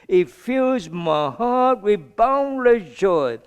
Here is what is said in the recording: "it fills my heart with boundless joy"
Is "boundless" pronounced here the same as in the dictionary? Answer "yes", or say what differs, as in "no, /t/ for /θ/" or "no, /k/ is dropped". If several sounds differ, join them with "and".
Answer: no, /s/ is dropped